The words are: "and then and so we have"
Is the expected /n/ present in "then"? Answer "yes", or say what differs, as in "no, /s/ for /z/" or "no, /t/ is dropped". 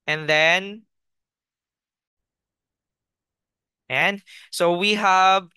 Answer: yes